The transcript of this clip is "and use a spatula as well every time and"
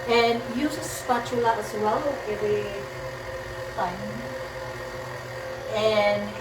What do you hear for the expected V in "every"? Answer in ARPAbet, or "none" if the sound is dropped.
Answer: none